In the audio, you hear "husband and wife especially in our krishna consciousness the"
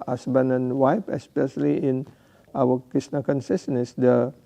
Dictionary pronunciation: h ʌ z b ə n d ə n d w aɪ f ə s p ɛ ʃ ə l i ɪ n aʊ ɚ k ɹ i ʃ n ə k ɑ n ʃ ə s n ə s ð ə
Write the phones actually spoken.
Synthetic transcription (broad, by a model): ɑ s b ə n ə n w aɪ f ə s p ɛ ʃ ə l i ɪ n aʊ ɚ k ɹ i s n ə k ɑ n s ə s n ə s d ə